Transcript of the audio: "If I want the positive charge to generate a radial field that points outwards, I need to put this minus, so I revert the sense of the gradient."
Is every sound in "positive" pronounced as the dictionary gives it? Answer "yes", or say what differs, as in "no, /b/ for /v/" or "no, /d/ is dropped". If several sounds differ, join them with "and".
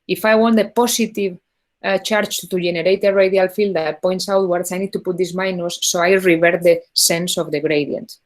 no, /s/ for /z/